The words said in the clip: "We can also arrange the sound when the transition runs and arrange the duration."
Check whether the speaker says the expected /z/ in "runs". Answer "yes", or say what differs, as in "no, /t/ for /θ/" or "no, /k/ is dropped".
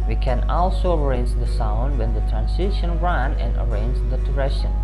no, /z/ is dropped